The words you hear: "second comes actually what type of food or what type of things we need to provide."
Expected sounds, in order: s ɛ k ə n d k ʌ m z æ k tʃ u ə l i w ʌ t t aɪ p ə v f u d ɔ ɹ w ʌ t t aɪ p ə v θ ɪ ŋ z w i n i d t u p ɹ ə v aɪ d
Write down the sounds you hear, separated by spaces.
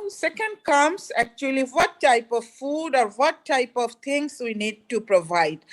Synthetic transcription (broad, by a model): s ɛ k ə n d k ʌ m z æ k tʃ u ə l i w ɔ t t aɪ p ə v f u d ɔ ɹ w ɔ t t aɪ p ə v t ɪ ŋ s w i n i d t u p ɹ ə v aɪ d